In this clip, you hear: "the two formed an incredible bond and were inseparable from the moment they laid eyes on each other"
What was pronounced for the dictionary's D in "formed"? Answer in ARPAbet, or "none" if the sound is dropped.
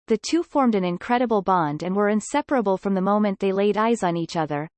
D